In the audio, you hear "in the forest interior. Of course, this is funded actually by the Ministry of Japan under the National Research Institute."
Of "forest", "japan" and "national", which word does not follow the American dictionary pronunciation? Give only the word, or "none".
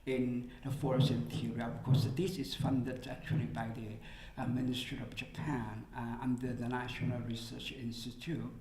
forest